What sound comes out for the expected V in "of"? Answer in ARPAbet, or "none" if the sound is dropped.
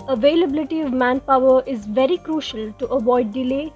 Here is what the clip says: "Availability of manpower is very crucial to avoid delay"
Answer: V